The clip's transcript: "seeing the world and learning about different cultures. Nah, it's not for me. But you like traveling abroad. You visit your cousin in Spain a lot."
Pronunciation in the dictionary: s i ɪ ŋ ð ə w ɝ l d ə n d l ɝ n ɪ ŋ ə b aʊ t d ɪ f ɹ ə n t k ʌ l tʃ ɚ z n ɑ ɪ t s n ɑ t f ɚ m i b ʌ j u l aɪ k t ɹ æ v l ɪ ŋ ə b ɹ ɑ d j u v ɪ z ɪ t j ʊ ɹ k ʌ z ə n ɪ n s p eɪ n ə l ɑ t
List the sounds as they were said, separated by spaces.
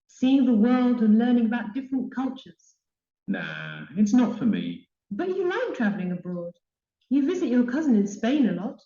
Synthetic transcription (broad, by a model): s i ɪ ŋ ð ə w ɝ l d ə n l ɝ n ɪ ŋ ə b aʊ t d ɪ f ɹ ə n k ʌ l tʃ ɚ z n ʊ ɪ t s n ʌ t f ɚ m i b ʌ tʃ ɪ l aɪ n t ɹ æ v l ɪ ŋ ə b ɹ ɑ d j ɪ v ɪ z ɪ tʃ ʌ ɹ k ʌ z ə n ɪ n s p eɪ n ə l ɑ t